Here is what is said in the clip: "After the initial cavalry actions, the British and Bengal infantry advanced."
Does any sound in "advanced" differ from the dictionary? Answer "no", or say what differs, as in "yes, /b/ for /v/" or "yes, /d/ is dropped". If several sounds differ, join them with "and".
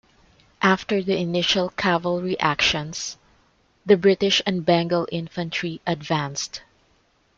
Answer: no